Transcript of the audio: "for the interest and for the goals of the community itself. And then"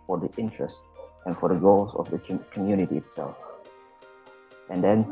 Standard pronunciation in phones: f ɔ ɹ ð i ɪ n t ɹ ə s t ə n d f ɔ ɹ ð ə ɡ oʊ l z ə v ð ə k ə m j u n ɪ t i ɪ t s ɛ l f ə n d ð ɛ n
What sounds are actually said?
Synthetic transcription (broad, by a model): f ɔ ɹ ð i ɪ n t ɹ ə s t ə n f ɔ ɹ ð ə ɡ oʊ l z ə v ð ə k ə m j u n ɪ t i ɪ t s ɛ l f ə n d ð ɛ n